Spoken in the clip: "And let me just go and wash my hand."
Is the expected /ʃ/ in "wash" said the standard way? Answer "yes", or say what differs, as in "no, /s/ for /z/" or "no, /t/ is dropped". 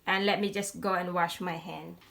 yes